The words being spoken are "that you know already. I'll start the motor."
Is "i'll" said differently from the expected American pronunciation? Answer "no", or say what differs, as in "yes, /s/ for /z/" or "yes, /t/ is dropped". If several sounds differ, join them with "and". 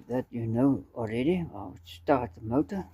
yes, /w/ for /l/